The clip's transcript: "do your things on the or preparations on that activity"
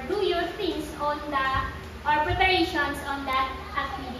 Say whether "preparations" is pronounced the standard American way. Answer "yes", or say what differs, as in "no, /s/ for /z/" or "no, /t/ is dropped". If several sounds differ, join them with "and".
no, /s/ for /z/